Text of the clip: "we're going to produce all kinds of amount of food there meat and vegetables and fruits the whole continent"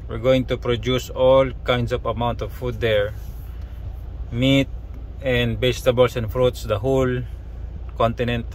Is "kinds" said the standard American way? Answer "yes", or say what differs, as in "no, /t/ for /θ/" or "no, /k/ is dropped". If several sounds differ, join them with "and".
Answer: no, /s/ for /z/